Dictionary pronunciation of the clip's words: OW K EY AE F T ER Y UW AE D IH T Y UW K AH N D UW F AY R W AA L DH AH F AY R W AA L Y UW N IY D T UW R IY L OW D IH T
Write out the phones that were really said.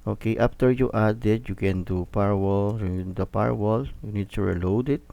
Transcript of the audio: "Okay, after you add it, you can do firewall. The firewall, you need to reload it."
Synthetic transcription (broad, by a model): OW K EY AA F T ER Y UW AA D IH T Y UW K AH N D UW P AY R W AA L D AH P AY R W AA L Y UW N IY D T UW R IY L OW D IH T